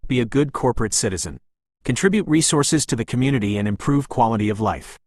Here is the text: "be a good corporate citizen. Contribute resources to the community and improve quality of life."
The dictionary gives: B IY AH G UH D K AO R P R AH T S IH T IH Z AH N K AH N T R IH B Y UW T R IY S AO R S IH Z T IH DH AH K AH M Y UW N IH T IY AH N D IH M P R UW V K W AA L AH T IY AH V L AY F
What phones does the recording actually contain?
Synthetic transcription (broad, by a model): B IY AH G UH D K AO R P R AH T S IH T IH Z AH N K AH N T R IH B Y UW T R IY S AO R S IH Z T IH DH AH K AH M Y UW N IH T IY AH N IH M P R UW V K W AA L AH T IY AH V L AY F